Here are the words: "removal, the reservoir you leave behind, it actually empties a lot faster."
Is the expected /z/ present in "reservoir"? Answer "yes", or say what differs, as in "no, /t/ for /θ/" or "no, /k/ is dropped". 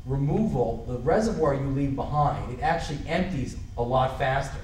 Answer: yes